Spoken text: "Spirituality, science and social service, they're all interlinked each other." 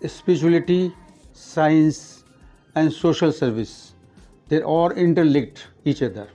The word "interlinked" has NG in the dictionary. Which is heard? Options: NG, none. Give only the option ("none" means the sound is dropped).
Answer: none